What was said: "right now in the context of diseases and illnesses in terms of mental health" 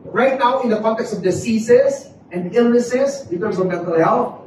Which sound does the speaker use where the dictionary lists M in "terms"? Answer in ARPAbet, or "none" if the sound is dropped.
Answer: none